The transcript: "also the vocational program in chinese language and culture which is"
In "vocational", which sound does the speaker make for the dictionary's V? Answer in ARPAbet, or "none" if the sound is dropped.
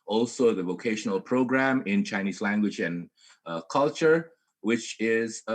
V